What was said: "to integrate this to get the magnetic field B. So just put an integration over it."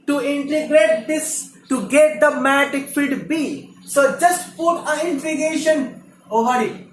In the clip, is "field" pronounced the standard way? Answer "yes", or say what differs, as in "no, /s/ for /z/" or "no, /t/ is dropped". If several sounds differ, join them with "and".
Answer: no, /l/ is dropped